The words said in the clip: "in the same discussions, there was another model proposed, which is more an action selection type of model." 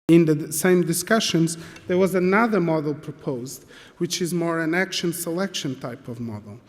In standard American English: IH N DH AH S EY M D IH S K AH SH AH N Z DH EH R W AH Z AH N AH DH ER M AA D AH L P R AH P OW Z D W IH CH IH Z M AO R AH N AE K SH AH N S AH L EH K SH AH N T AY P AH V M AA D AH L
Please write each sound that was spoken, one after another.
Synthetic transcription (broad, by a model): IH N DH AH S EY M D IH S K AH SH AH N Z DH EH R W AH Z AH N AH DH ER M AA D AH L P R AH P OW Z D W IH CH IH Z M AO R AH N AE K SH AH N S AH L EH K SH AH N T AY P AH V M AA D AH L